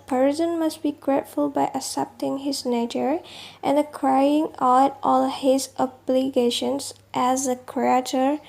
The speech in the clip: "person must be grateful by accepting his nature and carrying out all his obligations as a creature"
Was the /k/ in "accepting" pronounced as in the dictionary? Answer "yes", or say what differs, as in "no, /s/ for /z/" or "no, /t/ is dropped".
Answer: no, /k/ is dropped